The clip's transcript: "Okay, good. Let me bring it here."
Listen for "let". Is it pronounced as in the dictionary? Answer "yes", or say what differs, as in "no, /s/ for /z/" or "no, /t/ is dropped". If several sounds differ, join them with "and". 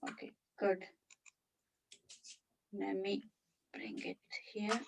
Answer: no, /n/ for /l/